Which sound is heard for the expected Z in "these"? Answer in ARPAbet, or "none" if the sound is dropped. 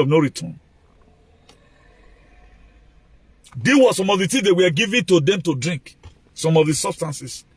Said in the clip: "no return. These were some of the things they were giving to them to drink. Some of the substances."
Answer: none